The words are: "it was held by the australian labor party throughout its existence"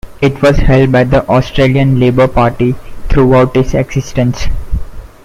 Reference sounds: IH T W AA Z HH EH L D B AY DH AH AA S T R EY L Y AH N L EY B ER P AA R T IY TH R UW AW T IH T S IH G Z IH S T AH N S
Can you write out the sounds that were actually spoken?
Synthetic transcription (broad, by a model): IH T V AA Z HH EH L D B AY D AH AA S T R EY L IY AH N L EY B ER P AA R T IY T R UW AW T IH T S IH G S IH S T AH N S